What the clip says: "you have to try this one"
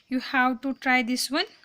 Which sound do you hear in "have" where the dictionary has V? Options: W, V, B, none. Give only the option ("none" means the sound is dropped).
W